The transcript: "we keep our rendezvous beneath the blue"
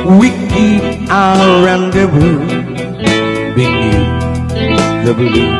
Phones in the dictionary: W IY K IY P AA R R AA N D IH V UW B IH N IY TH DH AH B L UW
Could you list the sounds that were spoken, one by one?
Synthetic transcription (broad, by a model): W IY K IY AA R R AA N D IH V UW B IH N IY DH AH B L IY